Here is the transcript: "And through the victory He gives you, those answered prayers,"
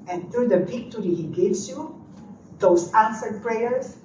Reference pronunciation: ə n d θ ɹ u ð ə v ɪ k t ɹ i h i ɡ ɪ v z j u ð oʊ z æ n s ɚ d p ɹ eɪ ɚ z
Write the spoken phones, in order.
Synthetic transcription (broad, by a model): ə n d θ ɹ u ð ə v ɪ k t ɹ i h i ɡ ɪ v s j u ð oʊ s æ n s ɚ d p ɹ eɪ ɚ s